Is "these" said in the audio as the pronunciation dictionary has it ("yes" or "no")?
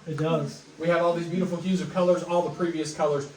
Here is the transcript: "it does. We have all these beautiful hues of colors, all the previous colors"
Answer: yes